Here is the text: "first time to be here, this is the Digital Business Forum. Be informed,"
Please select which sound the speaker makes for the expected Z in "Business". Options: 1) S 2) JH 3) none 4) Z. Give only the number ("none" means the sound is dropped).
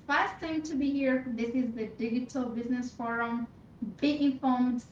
4